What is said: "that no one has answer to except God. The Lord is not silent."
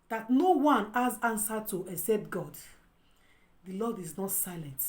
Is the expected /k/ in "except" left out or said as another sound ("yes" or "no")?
no